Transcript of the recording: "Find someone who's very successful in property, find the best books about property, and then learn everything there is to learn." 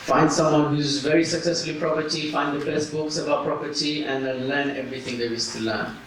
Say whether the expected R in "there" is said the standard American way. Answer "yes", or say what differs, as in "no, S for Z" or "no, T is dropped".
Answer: no, W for R